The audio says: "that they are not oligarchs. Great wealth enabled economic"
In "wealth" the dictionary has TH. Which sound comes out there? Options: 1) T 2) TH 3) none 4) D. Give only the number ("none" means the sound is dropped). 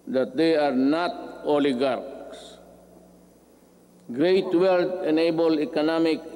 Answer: 1